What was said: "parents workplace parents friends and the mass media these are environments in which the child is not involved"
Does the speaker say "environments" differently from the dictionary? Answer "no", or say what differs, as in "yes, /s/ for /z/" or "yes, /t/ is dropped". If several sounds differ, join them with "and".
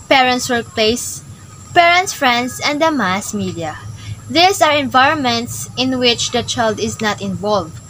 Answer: no